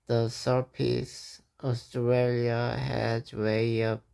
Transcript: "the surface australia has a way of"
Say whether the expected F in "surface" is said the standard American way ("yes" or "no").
no